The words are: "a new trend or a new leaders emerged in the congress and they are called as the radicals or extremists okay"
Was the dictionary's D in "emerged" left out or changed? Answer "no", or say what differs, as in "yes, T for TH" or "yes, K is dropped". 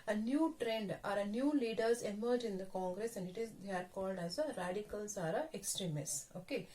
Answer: yes, D is dropped